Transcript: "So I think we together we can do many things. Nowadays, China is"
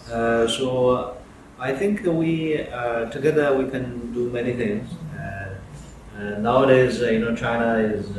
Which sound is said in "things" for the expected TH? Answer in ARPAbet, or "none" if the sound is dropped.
TH